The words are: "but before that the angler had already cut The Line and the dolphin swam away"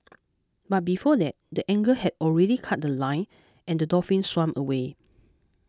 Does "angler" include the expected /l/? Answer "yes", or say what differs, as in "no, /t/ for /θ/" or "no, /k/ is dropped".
no, /l/ is dropped